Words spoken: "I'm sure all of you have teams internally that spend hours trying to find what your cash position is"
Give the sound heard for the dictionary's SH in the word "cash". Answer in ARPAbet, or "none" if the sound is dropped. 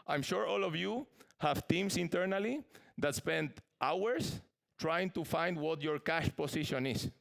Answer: SH